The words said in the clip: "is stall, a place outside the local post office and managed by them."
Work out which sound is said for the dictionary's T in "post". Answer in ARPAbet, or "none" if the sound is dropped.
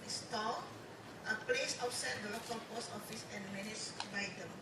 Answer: none